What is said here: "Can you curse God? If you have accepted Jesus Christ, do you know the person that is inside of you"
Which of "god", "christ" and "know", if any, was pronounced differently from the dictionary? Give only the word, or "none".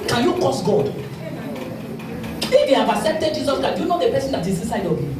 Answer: christ